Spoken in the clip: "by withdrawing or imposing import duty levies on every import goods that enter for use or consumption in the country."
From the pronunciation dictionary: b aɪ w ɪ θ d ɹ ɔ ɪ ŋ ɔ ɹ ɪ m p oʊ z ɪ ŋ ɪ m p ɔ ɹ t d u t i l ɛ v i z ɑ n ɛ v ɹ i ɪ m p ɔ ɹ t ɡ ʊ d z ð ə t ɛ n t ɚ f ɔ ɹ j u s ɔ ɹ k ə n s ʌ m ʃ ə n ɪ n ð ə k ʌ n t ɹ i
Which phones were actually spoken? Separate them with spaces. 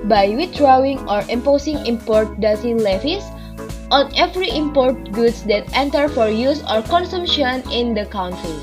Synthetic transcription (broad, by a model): b aɪ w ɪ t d ɹ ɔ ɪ ŋ ɔ ɹ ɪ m p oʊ s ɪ ŋ ɪ m p ɔ ɹ t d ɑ s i l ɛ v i s ɑ n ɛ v ɹ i ɪ m p ɔ ɹ t ɡ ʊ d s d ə t ɛ n t ɚ f ɔ ɹ j u s ɔ ɹ k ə n s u m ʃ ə n ɪ n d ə k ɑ n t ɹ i